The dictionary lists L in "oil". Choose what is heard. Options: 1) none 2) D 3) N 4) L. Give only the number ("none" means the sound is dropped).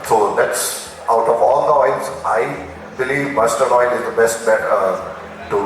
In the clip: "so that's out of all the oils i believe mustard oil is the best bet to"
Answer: 3